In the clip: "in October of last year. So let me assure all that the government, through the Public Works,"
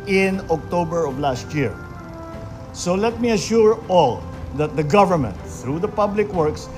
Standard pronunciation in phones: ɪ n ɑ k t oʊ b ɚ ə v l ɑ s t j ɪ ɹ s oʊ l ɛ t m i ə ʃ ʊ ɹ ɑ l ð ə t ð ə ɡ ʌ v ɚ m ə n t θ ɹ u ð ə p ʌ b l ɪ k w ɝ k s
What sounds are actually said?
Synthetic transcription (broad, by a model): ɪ n ɑ k t oʊ b ɚ ə v l ɑ s t j ɪ ɹ s oʊ l ɛ t m i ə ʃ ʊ ɹ ɑ l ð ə t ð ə ɡ ʌ v ɚ m ə n t θ ɹ u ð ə p ʌ b l ɪ k w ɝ k s